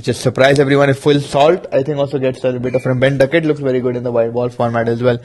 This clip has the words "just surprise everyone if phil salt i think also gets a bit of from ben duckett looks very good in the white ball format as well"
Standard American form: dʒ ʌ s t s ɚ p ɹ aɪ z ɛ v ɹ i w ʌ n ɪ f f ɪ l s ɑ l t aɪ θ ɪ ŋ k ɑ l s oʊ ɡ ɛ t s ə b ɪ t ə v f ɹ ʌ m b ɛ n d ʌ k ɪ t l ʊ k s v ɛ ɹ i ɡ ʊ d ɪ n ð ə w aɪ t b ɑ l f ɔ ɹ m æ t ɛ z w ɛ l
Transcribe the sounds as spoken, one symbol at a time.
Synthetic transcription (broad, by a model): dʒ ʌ s t s ɚ p ɹ aɪ z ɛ v ɹ i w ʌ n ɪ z f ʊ l s ɑ l t aɪ t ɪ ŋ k ɑ l s oʊ ɡ ɛ t s ə b ɪ t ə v f ɹ ʌ m b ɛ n d ʌ k ɪ t l ʊ k s v ɛ ɹ i ɡ ʊ d ɪ n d ə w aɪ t b ɑ l f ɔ ɹ m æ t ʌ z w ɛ l